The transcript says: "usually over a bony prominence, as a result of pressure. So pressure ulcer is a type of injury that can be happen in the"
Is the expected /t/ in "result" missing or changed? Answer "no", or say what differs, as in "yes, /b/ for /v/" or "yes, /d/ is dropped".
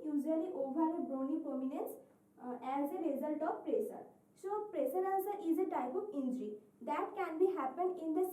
no